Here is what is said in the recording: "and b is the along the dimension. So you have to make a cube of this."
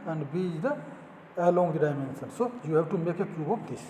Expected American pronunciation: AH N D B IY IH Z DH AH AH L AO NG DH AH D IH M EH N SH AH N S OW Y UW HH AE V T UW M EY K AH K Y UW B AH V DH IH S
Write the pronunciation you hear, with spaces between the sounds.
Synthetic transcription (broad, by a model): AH N D B IY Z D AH AH L AO NG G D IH M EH N S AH N S OW Y UW HH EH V T UW M EY K AH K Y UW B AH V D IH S